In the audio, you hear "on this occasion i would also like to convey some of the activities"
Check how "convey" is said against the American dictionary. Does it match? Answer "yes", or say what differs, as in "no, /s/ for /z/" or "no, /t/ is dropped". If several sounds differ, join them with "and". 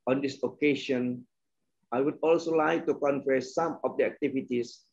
no, /f/ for /v/